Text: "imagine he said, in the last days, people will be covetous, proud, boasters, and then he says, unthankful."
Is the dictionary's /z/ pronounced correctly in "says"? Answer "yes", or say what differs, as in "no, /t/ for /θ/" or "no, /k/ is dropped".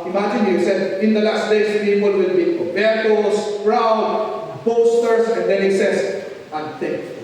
no, /s/ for /z/